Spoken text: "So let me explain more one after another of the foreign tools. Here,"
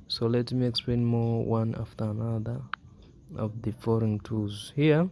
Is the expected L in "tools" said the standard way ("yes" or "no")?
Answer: no